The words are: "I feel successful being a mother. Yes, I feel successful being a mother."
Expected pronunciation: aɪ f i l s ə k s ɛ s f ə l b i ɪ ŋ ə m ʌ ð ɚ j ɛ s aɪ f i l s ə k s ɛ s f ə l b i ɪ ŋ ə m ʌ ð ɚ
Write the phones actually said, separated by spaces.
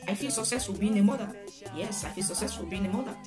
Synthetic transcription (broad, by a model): aɪ f i l s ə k s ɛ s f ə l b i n ə m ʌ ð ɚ j ɛ s aɪ f i l s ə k s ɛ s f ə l b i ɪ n ə m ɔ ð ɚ